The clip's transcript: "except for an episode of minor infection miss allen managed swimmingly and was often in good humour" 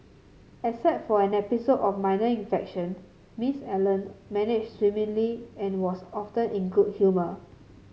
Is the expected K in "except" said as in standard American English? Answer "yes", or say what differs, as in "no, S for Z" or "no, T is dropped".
no, K is dropped